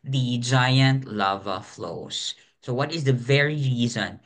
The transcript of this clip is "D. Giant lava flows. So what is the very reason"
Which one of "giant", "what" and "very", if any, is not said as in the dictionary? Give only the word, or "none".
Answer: none